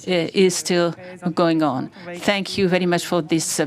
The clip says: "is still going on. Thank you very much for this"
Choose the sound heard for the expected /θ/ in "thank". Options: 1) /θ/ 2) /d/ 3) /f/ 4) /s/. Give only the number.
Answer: 1